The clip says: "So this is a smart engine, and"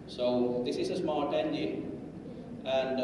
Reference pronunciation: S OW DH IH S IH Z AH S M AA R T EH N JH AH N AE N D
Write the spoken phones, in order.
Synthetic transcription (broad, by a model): S OW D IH S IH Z AH S M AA L T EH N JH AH AE N D